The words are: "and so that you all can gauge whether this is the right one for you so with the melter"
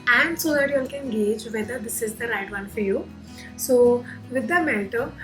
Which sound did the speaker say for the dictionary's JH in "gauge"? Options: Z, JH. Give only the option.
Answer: JH